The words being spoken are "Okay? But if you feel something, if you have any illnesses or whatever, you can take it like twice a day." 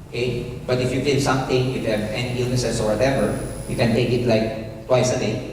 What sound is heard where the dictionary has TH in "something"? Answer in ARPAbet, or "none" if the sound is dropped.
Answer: T